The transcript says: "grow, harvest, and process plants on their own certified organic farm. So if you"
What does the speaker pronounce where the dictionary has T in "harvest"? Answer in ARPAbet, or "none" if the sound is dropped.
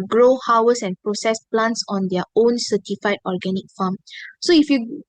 none